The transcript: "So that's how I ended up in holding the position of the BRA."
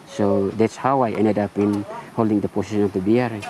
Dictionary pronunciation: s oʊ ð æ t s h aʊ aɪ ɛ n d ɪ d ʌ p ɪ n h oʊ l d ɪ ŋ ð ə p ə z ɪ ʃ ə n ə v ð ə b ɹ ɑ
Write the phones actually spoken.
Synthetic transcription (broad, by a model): s oʊ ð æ t s h aʊ aɪ ɛ n d ɪ d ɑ p ɪ n h oʊ l d ɪ ŋ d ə p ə s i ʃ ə n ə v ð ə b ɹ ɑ